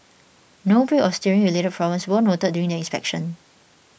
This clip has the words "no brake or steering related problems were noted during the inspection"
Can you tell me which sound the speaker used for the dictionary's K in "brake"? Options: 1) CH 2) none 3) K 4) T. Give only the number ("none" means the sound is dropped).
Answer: 2